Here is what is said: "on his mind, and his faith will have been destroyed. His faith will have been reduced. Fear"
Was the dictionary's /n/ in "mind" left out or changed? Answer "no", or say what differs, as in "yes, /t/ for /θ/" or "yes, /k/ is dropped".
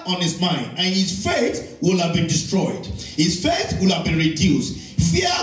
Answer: no